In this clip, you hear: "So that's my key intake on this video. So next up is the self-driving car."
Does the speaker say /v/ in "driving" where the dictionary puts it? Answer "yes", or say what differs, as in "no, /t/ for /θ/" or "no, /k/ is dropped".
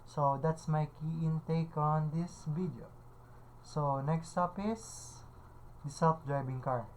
no, /b/ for /v/